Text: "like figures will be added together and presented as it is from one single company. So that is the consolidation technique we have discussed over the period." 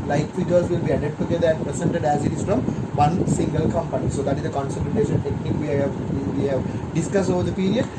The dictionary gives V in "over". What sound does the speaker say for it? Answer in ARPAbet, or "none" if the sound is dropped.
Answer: V